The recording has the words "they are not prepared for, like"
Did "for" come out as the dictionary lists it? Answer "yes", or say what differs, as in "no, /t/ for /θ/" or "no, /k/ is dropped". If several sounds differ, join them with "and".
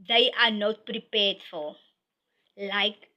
no, /l/ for /ɹ/